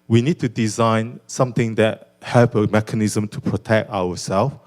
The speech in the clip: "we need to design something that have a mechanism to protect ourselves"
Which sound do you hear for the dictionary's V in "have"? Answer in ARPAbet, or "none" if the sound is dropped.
P